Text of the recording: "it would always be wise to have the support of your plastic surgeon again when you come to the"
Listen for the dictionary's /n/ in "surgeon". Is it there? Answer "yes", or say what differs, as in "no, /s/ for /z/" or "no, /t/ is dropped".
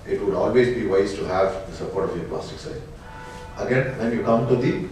no, /n/ is dropped